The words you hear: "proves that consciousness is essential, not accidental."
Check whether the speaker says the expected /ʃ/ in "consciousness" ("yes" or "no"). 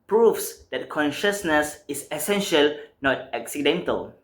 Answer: yes